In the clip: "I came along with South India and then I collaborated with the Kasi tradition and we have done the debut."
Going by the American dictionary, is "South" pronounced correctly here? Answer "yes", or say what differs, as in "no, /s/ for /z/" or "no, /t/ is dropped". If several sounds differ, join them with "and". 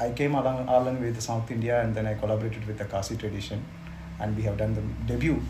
no, /t/ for /θ/